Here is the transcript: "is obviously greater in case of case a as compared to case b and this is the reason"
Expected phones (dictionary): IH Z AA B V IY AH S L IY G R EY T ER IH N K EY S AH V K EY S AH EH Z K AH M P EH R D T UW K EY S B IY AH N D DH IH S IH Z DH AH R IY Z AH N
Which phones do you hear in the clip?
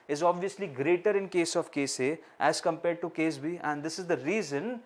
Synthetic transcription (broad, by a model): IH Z AA B V IY AH S L IY G R EY T ER IH N K EY S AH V K EY S AH EH Z K AH M P EH R D T UW K EY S B IY AH N D IH S IH Z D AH R IY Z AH N